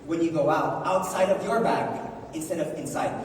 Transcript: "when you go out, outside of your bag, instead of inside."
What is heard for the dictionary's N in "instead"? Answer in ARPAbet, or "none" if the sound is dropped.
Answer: N